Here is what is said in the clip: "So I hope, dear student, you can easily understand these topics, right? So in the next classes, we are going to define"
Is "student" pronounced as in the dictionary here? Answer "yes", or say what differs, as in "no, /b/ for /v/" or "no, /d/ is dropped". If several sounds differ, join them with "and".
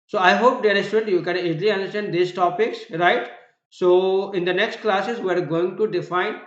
no, /n/ is dropped